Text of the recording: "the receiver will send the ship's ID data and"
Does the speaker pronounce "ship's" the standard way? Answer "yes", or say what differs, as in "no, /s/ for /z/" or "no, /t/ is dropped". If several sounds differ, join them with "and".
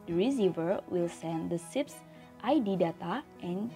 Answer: no, /s/ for /ʃ/